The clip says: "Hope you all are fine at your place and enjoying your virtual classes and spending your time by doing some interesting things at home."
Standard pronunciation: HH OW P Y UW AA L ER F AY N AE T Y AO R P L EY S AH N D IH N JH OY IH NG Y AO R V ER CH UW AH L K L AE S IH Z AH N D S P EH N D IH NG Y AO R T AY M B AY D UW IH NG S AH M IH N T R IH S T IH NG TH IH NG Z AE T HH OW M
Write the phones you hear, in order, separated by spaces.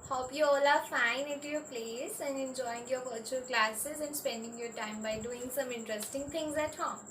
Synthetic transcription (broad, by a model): HH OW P Y UW AA L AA F AY N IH T Y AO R P L EY S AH N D IH N JH OY IH NG Y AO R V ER CH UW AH L K L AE S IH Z AH N D S P EH N D IH NG Y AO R T AY M B AY D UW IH NG S AH M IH N T R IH S T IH NG T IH NG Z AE T HH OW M